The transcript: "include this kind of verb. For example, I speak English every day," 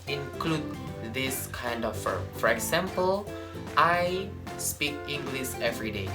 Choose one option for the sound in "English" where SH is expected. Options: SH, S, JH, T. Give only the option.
S